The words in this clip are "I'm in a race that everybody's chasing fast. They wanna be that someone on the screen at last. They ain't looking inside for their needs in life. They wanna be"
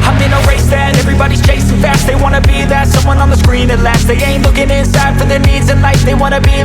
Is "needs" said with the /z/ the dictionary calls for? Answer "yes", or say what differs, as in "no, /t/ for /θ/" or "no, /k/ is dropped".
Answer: yes